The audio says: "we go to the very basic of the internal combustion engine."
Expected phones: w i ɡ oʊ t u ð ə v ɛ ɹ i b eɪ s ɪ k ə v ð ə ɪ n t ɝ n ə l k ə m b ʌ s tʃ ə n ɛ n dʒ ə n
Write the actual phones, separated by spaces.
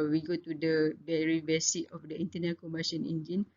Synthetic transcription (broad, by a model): w i ɡ oʊ t u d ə b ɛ ɹ i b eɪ s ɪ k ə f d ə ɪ n t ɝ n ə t k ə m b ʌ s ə n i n dʒ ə n